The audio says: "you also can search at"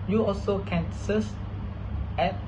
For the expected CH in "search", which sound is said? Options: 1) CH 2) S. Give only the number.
2